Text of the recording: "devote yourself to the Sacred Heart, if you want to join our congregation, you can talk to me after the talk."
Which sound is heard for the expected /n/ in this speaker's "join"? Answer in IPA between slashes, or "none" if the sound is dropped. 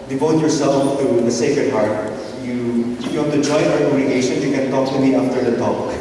none